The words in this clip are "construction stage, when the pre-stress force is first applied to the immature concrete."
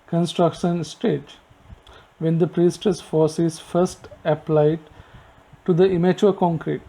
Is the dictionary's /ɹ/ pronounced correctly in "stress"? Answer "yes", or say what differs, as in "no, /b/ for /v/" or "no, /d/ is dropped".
no, /ɹ/ is dropped